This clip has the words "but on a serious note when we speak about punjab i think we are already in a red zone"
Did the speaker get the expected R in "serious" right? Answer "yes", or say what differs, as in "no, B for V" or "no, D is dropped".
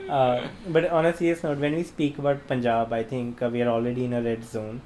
no, L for R